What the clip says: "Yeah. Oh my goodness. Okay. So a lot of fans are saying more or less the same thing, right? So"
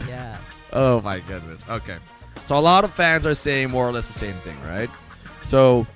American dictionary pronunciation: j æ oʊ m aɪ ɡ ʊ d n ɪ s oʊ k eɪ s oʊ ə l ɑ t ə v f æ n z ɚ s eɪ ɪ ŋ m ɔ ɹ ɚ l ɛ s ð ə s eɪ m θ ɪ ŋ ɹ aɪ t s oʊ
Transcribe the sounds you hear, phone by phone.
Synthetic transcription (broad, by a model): j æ oʊ m aɪ ɡ ʊ d n ɪ s oʊ k eɪ s oʊ ə l ɑ t ə v f æ n z ɚ s eɪ ɪ ŋ m ɔ ɹ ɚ l ɛ s ð ə s eɪ m θ ɪ ŋ ɹ aɪ t s oʊ